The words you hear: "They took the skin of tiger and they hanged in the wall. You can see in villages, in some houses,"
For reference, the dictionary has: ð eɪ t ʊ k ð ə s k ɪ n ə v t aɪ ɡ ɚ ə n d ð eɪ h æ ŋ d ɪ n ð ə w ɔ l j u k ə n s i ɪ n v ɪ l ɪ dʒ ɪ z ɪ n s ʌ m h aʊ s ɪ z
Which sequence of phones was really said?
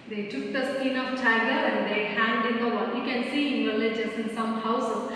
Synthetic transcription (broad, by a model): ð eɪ t ʊ k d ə s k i n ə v t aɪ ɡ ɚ ə n d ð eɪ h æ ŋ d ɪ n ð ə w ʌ n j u k ə n s i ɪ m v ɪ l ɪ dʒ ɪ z ɪ n s ʌ m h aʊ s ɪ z